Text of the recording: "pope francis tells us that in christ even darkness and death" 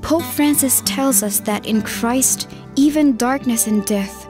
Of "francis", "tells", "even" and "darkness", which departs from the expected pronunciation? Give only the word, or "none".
none